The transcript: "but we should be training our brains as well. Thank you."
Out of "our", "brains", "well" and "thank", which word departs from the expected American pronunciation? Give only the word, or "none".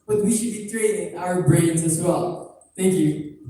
none